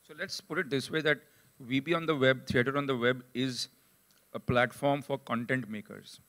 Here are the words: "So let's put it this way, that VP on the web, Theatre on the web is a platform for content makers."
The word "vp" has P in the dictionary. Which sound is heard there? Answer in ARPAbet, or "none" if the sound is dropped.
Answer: B